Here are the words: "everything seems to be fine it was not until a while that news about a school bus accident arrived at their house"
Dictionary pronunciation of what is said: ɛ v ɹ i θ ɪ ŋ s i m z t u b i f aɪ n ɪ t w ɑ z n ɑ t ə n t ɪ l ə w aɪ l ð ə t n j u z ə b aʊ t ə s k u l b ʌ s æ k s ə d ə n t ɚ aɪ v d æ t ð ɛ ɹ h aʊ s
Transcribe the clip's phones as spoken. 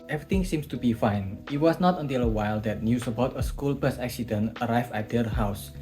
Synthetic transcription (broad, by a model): ɛ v ɹ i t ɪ ŋ s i m s t u b i f aɪ n ɪ t w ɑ s n ɑ t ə n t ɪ l ə w aɪ l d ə t n j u s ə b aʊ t ə s k u l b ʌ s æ k s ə d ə n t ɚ aɪ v æ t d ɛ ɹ h aʊ s